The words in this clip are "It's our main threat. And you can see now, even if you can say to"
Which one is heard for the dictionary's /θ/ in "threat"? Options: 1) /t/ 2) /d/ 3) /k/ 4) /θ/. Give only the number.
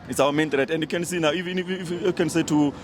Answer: 1